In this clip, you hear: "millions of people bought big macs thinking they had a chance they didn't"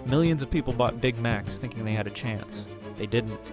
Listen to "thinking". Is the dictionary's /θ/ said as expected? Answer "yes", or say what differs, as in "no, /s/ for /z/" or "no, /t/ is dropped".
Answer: yes